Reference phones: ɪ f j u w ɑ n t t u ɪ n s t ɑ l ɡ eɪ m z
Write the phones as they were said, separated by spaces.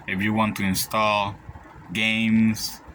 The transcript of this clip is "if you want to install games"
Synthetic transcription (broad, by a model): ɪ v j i w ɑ n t t u ɪ n s t ɑ l ɡ eɪ m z